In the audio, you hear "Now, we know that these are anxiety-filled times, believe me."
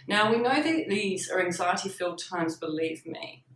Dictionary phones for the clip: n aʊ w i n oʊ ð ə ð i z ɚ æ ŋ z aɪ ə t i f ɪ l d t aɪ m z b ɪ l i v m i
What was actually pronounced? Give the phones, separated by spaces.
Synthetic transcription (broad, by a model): n aʊ w i n oʊ ð ə ð i z ɚ æ ŋ z aɪ ə t i f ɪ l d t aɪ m z b ɪ l i v m i